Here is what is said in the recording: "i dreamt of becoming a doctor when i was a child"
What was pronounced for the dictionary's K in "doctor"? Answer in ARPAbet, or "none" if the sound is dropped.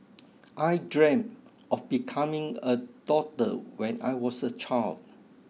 none